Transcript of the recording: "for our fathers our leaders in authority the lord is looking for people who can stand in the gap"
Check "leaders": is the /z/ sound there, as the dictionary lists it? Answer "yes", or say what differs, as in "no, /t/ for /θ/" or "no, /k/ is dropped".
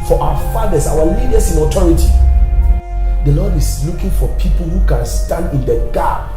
no, /s/ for /z/